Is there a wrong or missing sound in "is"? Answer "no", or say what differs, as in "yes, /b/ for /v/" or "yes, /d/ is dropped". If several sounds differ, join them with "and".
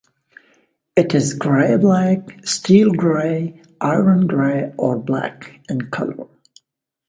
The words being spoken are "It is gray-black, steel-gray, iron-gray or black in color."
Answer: no